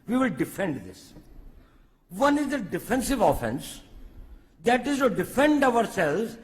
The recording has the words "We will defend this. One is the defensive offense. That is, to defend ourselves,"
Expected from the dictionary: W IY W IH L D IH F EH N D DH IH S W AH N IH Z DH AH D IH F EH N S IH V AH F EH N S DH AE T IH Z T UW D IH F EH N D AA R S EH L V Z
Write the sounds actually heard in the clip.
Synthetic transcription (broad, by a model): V IY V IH L D IH F EH N D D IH S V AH N IH Z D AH D IH F EH N S IH V AH F EH N S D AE T IH Z T UW D IH F EH N D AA R S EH L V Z